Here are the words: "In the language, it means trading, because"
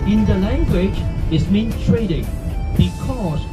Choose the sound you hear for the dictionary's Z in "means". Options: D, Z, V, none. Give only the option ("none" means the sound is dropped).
none